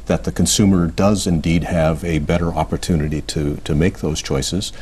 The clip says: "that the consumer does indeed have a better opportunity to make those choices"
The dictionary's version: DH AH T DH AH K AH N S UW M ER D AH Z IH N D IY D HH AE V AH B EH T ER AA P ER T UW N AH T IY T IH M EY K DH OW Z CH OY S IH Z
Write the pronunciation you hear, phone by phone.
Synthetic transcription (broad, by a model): DH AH T DH AH K AH N S UW M ER D AH Z IH N D IY D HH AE V AH B EH T ER AA P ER T UW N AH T IY T IH M EY K DH OW Z CH OY S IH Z